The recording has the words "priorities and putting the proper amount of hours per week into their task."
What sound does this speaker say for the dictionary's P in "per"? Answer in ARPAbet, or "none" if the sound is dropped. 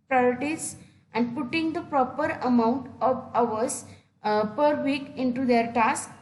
P